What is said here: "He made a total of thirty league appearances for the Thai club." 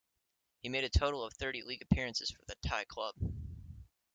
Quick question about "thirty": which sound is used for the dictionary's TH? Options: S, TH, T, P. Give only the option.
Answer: TH